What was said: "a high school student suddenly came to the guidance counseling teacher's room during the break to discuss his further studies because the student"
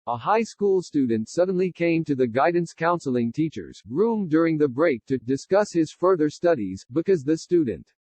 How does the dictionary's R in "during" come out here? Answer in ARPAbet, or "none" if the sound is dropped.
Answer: R